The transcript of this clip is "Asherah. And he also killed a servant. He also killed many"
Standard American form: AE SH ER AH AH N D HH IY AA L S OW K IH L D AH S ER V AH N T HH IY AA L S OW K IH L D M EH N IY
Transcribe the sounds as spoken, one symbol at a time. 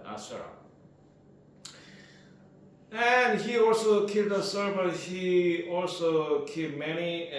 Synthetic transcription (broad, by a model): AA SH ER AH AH N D HH IY AA L S OW K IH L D AH S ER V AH T HH IY AA L S OW K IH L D M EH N IY